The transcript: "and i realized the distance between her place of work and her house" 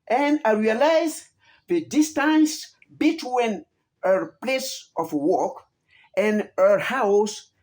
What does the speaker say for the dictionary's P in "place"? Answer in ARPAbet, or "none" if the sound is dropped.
P